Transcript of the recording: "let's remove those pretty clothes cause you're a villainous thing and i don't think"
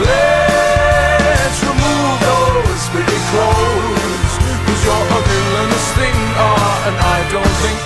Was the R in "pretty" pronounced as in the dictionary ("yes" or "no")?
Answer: no